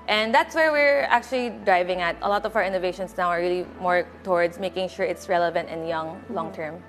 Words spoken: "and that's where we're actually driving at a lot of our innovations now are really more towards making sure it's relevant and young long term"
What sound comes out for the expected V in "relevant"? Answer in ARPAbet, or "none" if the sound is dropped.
V